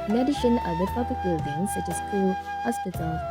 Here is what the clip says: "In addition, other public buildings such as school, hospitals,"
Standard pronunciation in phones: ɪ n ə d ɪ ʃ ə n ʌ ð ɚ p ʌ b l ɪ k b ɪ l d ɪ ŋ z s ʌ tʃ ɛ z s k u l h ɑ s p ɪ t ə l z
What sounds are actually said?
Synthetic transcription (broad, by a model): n ə d ɪ ʃ ə n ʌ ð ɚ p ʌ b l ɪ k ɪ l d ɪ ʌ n s ʌ tʃ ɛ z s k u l h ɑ s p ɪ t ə l